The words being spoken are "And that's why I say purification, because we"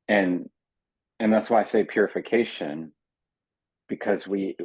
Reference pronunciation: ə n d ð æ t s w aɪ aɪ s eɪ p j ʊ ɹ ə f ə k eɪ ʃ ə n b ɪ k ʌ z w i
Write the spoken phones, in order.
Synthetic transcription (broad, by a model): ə n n ð æ t s w aɪ aɪ s eɪ p j ʊ ɹ ə f ə k eɪ ʃ ə n b ɪ k ʌ z w i